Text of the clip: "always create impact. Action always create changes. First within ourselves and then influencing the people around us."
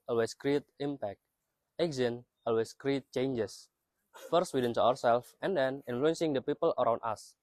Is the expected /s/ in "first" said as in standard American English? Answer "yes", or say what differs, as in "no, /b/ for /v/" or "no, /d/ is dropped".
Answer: yes